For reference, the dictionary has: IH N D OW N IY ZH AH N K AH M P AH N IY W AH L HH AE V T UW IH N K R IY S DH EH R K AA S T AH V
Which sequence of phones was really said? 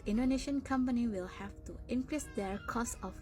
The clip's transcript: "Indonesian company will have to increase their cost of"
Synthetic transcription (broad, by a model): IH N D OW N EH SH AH N K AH M P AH N IY W AH L HH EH F T UW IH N K R IY S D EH R K AA S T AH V